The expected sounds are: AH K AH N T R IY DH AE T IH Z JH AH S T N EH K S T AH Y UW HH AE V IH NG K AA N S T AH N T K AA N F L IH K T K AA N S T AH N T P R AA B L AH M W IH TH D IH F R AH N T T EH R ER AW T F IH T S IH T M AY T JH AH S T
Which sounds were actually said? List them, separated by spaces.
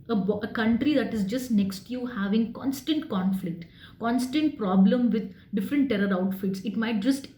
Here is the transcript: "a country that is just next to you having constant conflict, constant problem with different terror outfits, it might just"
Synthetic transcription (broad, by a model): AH K AH N T R IY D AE T IH Z JH AH S T N EH K S T Y UW HH AE V IH NG K AA N S T AH N T K AA N F L IH K T K AA N S T AH N T P R AA B L AH M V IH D D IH F R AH N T T EH R ER AW T F IH T S IH T M AY T JH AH S T